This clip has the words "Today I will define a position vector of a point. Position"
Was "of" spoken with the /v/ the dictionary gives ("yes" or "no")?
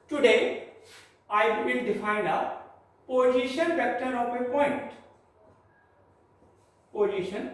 no